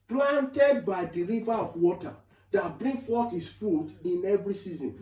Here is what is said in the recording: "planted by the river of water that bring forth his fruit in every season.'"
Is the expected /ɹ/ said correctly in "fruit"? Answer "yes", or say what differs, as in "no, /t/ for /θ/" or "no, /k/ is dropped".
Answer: no, /ɹ/ is dropped